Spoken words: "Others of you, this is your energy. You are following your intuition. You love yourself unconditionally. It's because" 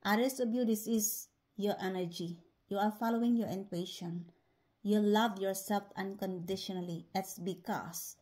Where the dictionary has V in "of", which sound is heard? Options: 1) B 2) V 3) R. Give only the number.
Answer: 1